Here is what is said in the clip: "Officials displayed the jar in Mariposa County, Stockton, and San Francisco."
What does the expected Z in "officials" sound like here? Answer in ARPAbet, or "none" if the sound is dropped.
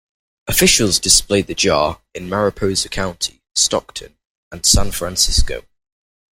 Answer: Z